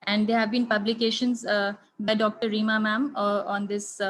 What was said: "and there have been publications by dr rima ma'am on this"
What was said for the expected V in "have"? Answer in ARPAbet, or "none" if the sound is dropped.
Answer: V